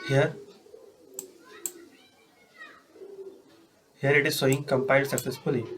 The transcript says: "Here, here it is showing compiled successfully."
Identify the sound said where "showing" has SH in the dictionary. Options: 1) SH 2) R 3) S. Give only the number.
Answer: 3